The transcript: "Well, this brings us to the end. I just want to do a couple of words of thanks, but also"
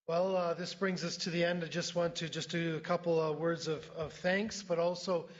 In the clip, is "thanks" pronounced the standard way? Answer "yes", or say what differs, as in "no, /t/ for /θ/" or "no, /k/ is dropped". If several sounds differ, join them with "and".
yes